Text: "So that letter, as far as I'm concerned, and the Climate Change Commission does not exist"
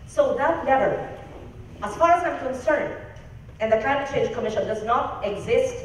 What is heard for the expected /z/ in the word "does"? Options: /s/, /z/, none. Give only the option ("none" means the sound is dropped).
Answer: /z/